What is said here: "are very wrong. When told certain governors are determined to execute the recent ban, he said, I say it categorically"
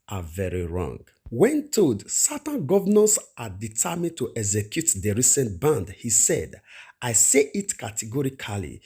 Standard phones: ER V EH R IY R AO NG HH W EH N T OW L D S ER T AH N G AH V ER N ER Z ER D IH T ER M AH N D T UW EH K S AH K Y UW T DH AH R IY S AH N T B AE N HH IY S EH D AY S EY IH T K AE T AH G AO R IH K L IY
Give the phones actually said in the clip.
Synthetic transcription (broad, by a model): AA V EH R IY R AO NG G W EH N T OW D S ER T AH N G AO V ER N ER S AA D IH T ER M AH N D T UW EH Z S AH K Y UW T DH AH R IY S AH N T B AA N HH IY S EH D AY S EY IH T K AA T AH G AO R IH K L IY